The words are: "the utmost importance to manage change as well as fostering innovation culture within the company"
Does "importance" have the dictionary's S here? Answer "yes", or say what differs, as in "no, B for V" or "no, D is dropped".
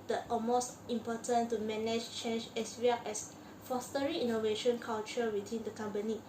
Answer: no, S is dropped